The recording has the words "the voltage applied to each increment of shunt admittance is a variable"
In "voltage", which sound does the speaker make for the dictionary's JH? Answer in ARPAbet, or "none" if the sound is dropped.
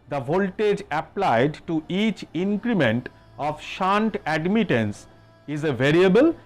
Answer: JH